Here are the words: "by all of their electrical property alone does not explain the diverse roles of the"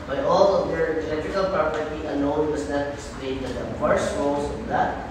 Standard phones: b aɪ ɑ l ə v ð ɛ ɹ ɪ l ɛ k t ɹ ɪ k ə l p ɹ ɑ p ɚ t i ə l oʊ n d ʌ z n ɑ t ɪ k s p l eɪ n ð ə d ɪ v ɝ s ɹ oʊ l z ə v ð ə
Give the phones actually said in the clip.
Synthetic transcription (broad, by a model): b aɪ ɑ l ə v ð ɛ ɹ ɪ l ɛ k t ɹ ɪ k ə l p ɹ ɑ p ɚ t i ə n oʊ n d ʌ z n ɑ t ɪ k s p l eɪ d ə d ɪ f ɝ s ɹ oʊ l s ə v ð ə